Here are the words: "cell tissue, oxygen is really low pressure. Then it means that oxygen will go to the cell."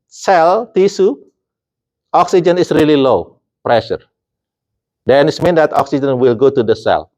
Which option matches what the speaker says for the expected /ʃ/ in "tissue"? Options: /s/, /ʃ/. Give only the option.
/s/